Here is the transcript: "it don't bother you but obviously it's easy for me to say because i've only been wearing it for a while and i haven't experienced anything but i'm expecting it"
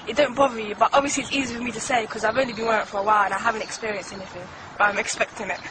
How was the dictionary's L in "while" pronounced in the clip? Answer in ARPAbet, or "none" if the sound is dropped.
L